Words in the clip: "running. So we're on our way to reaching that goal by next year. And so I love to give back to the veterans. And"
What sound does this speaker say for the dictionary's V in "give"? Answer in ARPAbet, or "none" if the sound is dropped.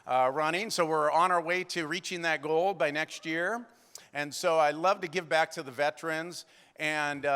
V